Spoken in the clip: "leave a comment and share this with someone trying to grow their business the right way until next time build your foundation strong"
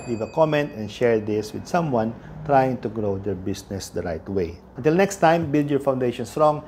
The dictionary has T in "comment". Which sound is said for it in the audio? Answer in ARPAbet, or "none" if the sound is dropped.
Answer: T